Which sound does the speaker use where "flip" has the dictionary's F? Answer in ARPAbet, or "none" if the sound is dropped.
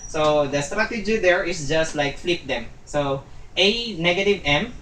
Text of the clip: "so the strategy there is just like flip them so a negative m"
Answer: F